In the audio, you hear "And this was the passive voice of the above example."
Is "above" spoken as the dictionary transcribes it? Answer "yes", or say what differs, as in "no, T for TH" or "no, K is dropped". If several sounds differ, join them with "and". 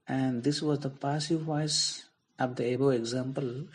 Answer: no, V is dropped